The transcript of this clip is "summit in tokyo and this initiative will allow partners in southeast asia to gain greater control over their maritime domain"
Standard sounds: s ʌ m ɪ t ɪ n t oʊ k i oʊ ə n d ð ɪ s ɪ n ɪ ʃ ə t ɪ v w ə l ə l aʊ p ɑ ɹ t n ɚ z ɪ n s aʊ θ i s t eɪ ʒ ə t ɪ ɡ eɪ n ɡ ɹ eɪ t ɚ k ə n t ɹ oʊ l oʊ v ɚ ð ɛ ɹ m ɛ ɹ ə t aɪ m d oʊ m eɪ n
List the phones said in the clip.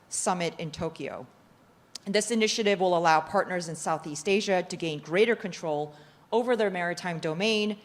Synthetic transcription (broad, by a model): s ʌ m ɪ t ɪ n t oʊ k i oʊ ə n ð ɪ s ɪ n ɪ ʃ ə t ɪ v w ə l ə l aʊ p ɑ ɹ t n ɚ z ɪ n s aʊ θ i s t eɪ ʒ ə t ɪ ɡ eɪ n ɡ ɹ eɪ t ɚ k ə n t ɹ oʊ l oʊ v ɚ ð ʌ ɹ m ɛ ɹ ə t aɪ m d oʊ m eɪ n